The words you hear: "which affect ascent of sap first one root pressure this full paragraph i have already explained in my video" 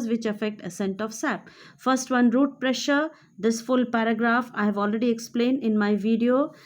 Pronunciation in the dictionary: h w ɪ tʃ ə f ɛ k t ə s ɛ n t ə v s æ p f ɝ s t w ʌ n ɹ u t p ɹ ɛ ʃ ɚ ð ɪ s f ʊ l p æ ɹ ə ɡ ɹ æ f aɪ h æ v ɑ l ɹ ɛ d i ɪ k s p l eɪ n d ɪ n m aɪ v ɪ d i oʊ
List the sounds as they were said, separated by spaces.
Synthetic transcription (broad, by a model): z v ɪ tʃ ə f ɛ k t ə s ɛ n t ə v s æ p f ɝ s t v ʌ n ɹ u t p ɹ ɛ ʃ ɚ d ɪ s f ʊ l p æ ɹ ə ɡ ɹ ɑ f aɪ h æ v ɑ l ɹ ɛ d i ɪ k s p l eɪ n d ɪ n m aɪ v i d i oʊ